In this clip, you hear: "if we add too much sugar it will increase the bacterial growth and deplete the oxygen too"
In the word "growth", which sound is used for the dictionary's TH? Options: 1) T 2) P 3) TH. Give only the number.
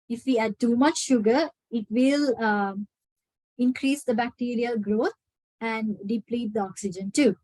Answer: 1